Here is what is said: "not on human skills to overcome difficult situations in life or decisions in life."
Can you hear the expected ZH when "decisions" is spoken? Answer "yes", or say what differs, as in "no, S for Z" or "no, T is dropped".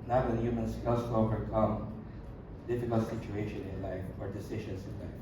no, SH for ZH